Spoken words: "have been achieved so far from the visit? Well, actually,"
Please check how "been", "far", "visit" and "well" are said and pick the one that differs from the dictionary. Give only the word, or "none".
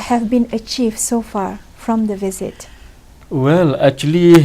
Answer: none